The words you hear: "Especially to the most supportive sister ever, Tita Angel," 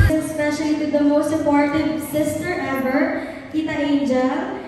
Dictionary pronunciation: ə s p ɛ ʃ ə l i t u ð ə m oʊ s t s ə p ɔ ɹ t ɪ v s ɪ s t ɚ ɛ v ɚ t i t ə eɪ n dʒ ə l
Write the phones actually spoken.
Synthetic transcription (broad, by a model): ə s p ɛ ʃ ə l i t u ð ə m oʊ s t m p ɔ ɹ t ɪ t s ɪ s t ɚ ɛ b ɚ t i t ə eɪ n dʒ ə